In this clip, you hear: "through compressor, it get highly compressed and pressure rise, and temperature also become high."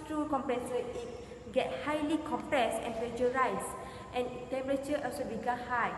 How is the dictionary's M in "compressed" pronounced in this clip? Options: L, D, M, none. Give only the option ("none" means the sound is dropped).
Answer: M